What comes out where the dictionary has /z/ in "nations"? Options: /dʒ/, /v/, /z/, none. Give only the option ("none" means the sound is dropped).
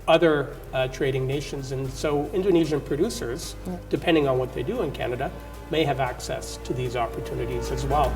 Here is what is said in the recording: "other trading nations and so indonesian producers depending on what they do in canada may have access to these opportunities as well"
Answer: /z/